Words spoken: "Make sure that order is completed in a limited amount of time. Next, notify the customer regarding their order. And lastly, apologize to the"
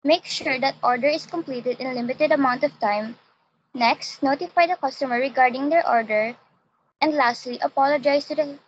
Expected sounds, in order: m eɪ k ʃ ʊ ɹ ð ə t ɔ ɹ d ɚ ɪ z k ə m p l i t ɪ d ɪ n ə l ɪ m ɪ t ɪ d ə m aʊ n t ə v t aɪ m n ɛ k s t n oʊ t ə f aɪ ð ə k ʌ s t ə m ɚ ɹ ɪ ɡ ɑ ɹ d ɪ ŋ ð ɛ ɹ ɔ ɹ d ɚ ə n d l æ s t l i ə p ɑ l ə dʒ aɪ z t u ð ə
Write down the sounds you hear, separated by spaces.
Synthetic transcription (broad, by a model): m eɪ k ʃ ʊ ɹ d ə t ɔ ɹ d ɚ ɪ s k ə m p l i t ɪ d ɪ n l ɪ m ɪ t ɪ d ə m aʊ n t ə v t aɪ m n ɛ k s t n oʊ t ə f aɪ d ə k ʌ s t ə m ɚ ɹ ɪ ɡ ɑ ɹ d ɪ ŋ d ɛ ɹ ɔ ɹ d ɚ ə n d l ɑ s t l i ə p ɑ l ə dʒ aɪ s t u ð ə